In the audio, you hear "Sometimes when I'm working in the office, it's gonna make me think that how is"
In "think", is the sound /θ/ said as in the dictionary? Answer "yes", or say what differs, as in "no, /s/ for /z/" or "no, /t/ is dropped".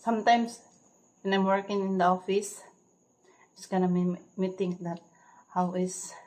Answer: no, /t/ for /θ/